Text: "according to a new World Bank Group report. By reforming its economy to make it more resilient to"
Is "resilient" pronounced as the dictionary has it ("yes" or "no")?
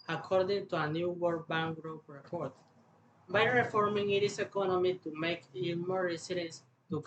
no